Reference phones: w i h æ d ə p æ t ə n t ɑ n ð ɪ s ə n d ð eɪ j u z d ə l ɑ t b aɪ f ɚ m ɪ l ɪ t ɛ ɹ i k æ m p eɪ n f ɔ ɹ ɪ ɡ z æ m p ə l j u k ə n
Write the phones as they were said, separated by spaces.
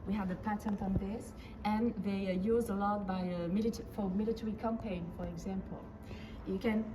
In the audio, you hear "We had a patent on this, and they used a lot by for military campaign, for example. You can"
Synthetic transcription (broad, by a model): w i h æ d ə p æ t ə n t ɑ n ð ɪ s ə n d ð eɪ j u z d ə l ɑ t b aɪ f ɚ m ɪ l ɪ t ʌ ɹ i k æ m p eɪ n f ɔ ɹ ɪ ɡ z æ m p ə l j u k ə n